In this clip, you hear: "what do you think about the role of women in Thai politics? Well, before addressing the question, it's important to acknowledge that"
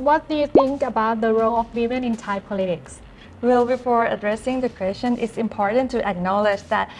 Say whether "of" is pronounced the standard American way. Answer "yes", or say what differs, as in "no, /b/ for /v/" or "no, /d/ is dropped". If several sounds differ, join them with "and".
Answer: no, /f/ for /v/